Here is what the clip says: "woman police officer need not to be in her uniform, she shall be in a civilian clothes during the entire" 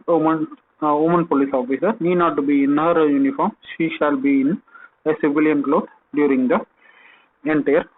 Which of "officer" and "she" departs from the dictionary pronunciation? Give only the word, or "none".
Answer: none